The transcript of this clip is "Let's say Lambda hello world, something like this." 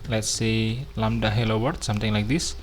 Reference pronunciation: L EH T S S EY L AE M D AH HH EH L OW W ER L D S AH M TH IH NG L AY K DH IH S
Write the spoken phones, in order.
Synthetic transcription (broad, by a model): L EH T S S EY L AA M D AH HH EH L OW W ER D S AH M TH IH NG L AY K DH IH S